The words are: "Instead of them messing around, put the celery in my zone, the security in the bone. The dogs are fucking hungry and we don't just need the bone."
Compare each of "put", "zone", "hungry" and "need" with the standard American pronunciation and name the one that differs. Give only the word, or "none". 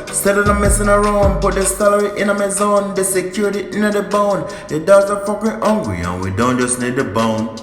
hungry